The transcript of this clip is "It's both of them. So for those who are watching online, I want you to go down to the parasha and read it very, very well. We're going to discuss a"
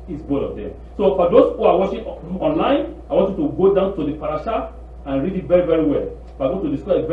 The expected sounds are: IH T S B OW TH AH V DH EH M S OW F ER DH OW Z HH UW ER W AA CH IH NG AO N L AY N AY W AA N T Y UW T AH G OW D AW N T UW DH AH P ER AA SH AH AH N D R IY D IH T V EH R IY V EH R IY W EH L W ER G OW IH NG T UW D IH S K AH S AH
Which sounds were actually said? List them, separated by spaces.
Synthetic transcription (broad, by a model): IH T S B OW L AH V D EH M S OW F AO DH OW S HH UW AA W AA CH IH AO N L AY N AY W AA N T Y UW T AH G OW D AW N T UW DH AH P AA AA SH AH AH N R IY D IH T V EH R IY V EH R IY W EH L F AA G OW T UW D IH S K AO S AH